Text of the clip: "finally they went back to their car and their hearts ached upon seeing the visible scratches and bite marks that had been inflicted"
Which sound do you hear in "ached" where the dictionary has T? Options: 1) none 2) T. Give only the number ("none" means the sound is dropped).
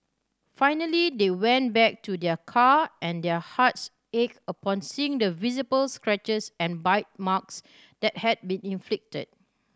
1